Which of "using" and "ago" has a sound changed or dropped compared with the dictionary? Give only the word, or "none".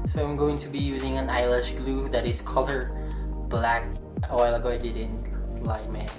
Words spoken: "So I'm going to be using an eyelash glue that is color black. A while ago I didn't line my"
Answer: none